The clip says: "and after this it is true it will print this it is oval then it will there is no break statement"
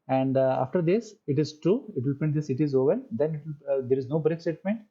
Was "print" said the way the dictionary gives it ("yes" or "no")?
no